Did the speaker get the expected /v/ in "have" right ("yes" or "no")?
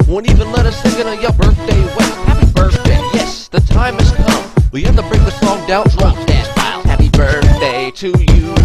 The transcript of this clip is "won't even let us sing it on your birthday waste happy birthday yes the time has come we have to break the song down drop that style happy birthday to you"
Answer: no